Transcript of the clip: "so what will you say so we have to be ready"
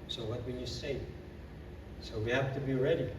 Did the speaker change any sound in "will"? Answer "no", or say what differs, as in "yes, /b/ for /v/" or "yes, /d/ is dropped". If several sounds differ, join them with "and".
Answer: yes, /n/ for /l/